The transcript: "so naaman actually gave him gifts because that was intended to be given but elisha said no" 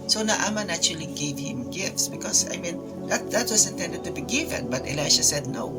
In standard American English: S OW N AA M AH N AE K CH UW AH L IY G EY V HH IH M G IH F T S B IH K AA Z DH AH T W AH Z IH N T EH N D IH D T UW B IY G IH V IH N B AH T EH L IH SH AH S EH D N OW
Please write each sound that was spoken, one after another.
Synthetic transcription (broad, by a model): S OW N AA M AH N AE CH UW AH L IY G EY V HH IH M G IH F T S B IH K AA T DH AH T W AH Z IH N T EH N D IH D T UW B IY G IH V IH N B AH T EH L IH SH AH S EH D N OW